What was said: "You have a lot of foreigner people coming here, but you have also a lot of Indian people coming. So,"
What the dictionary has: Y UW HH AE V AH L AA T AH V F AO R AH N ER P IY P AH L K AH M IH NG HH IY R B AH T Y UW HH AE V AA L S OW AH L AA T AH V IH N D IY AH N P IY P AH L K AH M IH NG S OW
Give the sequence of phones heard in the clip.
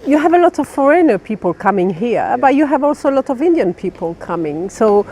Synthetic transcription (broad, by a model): Y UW HH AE V AH L AA T AH V F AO R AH N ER P IY P AH L K AH M IH NG HH IY R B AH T Y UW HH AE V AA L S OW AH L AA T AH V IH N D IY AH N P IY P AH L K AH M IH NG S OW